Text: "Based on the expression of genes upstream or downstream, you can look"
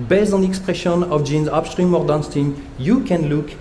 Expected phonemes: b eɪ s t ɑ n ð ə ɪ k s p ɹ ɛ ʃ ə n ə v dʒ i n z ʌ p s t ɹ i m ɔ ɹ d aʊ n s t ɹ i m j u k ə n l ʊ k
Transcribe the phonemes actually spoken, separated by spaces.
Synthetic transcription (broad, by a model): b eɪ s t ɑ n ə k s p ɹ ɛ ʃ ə n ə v dʒ i n z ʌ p s t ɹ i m ɔ ɹ d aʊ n s t i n j u k ə n l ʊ k